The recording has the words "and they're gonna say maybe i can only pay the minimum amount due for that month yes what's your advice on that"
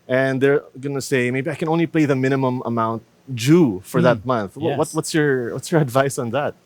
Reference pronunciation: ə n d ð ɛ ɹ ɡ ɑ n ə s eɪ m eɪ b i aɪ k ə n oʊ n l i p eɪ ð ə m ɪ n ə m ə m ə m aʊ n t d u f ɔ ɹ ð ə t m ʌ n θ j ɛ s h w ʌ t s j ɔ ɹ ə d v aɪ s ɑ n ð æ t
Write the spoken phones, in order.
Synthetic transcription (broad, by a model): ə n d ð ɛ ɹ ɡ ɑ n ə s eɪ m eɪ b i aɪ k ə n oʊ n l i p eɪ ð ə m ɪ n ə m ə m ə m aʊ n t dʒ u f ɔ ɹ ð ə t m ʌ n θ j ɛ s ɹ w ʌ t s j ɔ ɹ ə d v aɪ s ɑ n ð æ t